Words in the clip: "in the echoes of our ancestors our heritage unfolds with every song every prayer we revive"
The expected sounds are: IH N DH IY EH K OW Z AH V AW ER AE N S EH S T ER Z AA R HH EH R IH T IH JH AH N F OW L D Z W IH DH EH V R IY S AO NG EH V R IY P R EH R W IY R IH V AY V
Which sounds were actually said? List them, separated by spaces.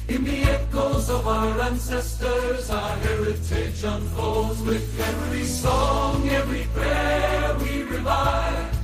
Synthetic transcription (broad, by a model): IH N DH IY EH K OW Z AH V AW ER AE N S EH S T ER Z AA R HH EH R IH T IH SH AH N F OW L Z W IH DH EH V R IY S AO NG EH V R IY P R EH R W IY R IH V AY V